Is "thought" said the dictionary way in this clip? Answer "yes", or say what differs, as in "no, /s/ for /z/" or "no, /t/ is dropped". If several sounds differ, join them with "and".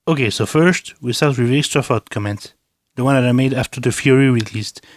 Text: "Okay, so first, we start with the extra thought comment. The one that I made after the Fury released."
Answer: no, /f/ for /θ/